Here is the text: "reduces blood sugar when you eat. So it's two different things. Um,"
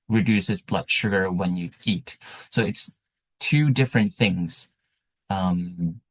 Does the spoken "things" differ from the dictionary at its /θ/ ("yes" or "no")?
no